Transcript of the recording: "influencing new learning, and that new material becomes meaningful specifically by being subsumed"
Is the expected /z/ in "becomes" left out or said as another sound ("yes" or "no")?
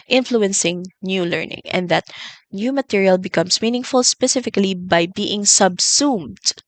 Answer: yes